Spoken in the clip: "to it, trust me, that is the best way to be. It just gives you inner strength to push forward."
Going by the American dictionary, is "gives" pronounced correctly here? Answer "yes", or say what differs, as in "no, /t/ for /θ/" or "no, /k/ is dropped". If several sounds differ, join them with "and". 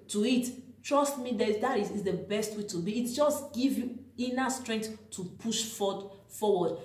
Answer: no, /z/ is dropped